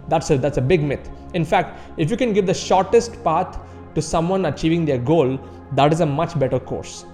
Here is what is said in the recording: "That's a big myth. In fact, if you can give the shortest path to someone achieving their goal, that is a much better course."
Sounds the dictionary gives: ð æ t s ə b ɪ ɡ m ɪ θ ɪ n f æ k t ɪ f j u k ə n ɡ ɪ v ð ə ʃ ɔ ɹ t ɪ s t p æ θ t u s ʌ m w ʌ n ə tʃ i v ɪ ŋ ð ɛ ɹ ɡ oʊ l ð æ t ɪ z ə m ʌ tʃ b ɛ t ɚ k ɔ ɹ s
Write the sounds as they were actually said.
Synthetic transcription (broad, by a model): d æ t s ə b ɪ ɡ m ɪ t ɪ n f æ k t ɪ f j u k ə n ɡ ɪ v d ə ʃ ɔ ɹ t ɪ s t p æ t t u s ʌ m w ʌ n ə tʃ i v ɪ ŋ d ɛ ɹ ɡ oʊ l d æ t ɪ z ə m ʌ tʃ b ɛ t ɚ k ɔ ɹ s